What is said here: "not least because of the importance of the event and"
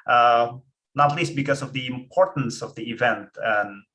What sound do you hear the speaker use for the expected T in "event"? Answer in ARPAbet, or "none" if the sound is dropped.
T